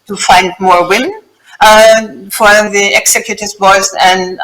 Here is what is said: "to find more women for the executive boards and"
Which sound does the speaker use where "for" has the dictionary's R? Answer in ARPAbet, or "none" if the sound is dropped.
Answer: L